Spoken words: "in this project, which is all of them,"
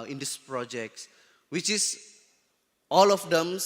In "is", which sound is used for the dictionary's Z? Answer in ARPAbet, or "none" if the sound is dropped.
S